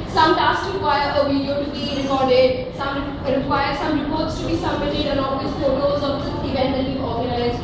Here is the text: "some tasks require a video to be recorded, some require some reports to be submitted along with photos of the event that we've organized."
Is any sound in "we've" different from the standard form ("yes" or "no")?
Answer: yes